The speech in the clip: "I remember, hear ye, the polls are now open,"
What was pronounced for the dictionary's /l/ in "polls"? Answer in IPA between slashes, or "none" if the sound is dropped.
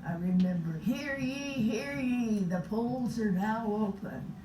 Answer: /l/